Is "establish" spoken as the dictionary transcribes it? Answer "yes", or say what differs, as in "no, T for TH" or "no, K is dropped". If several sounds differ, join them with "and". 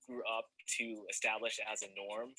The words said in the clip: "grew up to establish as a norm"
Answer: yes